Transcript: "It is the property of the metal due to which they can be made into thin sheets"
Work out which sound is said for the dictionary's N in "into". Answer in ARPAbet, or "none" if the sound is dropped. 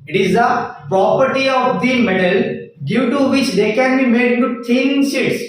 none